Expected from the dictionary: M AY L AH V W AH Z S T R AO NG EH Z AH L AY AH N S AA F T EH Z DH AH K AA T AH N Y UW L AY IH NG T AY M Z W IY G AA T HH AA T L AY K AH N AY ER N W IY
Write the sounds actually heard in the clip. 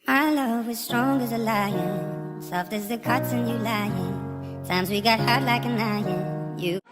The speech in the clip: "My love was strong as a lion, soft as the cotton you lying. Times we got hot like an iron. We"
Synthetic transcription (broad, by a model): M AY L AH V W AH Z S T R AO NG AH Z AH L AY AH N S AA F T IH Z DH AH K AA T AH N Y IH L AY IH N T AY M Z W IY G AA T HH AA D L AY K AH N AY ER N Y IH